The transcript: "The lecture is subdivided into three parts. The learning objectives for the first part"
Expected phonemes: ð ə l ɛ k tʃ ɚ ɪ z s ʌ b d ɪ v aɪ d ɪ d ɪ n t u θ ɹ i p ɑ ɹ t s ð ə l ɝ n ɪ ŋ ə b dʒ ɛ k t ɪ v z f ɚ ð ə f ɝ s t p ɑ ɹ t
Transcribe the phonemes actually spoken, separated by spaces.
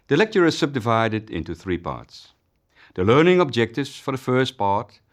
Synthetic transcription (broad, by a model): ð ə l ɛ k tʃ ɚ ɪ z s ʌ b d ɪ v aɪ d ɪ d ɪ n t u θ ɹ i p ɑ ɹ t s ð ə l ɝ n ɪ ŋ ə b dʒ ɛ k t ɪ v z f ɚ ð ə f ɝ s t p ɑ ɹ t